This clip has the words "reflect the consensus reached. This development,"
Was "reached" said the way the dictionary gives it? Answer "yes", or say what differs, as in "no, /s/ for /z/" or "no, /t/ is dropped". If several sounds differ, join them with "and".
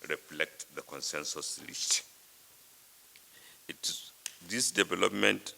no, /l/ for /ɹ/ and /s/ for /tʃ/